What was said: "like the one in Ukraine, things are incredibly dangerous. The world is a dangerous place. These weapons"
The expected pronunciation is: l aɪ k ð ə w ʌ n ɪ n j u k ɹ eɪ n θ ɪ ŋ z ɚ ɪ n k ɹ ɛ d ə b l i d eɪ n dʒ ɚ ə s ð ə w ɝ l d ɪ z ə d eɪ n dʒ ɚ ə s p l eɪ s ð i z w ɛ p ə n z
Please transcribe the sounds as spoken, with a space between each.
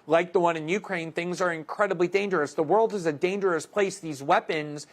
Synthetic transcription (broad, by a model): l aɪ k ð ə w ʌ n ɪ n j u k ɹ eɪ n θ ɪ ŋ z ɚ ɪ n k ɹ ɛ d ə b l i d eɪ n dʒ ɚ ə s ð ə w ɝ l d ɪ z ə d eɪ n dʒ ɚ ə s p l eɪ s ð i z w ɛ p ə n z